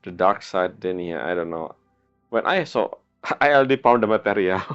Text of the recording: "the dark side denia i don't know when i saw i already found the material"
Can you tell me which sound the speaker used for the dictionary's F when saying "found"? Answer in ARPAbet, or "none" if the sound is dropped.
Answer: P